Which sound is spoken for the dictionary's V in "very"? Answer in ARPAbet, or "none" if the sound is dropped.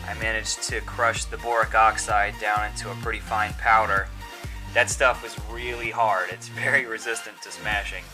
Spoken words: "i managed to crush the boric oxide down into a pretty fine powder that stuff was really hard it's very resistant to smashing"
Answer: V